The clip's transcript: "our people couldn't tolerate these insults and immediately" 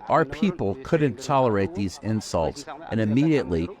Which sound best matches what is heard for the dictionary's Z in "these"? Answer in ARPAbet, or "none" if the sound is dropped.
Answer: Z